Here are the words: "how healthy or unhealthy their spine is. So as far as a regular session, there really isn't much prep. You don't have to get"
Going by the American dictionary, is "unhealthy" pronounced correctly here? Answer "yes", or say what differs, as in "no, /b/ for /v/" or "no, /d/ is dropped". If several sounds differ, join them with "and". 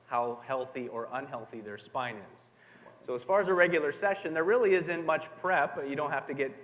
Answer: yes